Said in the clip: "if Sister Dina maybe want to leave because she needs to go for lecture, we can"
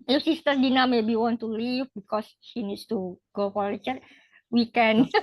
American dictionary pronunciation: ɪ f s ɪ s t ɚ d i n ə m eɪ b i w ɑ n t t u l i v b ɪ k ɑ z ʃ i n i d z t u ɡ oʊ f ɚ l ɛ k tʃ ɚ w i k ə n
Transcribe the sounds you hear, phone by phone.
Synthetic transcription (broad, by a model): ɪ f s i s t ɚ d i n ə m eɪ b i w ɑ n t t u l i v b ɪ k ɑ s ʃ i n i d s t u ɡ oʊ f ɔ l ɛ tʃ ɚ w i k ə n